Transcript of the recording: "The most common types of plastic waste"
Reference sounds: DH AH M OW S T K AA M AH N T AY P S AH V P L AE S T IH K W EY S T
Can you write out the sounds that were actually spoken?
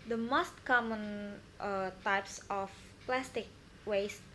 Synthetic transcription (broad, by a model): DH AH M OW S T K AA M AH N T AY P S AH F P L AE S T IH K W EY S